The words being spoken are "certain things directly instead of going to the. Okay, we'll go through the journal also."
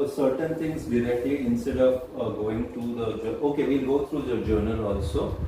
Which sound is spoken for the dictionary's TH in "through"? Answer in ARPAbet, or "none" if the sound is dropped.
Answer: T